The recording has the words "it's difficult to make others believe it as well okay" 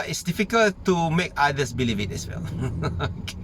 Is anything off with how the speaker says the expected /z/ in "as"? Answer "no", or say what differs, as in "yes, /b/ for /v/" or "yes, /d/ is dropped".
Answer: yes, /s/ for /z/